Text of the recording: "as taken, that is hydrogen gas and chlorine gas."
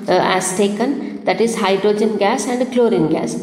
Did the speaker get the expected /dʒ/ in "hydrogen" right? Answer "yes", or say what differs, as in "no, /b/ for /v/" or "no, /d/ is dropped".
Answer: yes